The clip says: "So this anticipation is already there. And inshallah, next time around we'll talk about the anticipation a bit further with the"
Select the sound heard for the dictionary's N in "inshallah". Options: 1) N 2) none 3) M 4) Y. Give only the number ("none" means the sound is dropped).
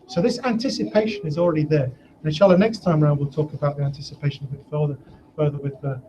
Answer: 2